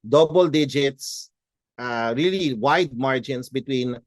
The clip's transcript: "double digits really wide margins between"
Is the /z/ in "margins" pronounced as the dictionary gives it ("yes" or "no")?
no